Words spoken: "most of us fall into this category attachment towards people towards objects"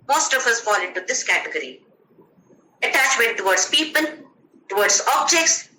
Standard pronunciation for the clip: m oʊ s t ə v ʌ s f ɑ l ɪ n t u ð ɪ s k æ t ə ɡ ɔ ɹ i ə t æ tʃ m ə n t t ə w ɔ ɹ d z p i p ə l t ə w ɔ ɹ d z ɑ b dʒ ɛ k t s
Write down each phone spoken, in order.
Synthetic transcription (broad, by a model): m oʊ s t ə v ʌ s f ɑ l ɪ n t u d ɪ s k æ t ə ɡ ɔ ɹ i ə t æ tʃ m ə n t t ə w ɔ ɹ d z p i p ə l t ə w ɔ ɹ d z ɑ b dʒ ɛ k t s